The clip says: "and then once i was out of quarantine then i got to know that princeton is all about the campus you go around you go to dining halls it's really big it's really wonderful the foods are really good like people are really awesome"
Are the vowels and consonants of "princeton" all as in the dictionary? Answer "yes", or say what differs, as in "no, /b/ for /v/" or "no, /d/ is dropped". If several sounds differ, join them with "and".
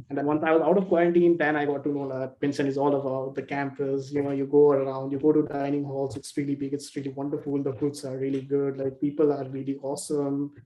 no, /ɹ/ is dropped